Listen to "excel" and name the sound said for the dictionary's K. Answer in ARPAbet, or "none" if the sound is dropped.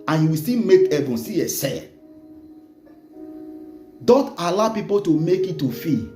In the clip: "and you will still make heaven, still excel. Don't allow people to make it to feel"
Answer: none